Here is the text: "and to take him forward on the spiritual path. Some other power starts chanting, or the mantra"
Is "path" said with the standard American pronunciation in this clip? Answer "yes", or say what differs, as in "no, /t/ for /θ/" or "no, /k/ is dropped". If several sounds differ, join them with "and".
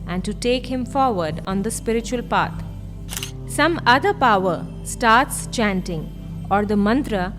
no, /t/ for /θ/